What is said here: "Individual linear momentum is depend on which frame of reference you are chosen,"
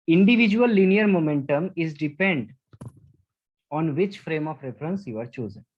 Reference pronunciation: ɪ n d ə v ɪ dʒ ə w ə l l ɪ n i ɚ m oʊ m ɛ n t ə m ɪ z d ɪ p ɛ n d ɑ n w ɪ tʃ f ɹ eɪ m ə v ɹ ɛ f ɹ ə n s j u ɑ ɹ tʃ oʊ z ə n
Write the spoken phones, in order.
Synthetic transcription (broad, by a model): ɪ n d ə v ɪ dʒ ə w ə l l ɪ n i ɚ m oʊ m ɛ n t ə m ɪ z d ɪ p ɛ n d ɑ n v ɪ tʃ f ɹ eɪ m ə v ɹ ɛ f ɹ ə n s j u ɑ ɹ tʃ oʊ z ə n